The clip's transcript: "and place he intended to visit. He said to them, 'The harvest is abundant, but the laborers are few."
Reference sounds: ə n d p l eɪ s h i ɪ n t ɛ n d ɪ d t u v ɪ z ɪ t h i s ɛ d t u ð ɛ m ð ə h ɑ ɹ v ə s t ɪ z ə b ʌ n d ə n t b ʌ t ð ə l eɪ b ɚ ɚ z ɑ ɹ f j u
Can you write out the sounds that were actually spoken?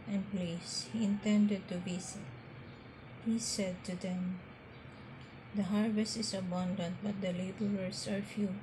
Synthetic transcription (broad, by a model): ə n p l eɪ s h i ɪ n t ɛ n d ɪ d t u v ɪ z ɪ t h i s ɛ d t u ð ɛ m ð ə h ɑ ɹ v ə s t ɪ s ə b ʌ n d ə n t b ʌ t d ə l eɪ b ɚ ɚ s ɑ ɹ f j u